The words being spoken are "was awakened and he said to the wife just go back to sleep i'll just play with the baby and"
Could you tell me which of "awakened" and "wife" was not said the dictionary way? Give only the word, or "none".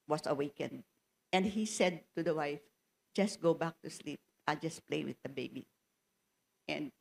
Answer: none